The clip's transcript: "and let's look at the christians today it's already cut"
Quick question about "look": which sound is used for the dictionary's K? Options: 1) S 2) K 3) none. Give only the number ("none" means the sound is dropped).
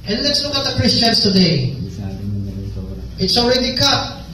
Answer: 3